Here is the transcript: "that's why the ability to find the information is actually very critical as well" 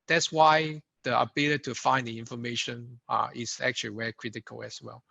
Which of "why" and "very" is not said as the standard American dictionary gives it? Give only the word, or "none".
very